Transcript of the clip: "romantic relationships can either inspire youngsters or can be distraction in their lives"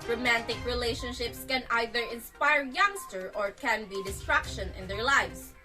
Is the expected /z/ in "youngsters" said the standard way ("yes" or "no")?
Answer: no